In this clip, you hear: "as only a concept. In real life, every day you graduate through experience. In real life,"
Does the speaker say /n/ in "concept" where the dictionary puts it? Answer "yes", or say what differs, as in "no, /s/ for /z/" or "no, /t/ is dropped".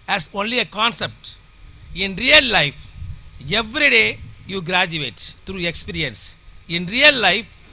yes